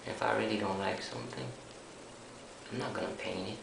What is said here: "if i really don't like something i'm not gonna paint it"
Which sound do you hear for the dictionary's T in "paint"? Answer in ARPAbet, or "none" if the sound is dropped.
none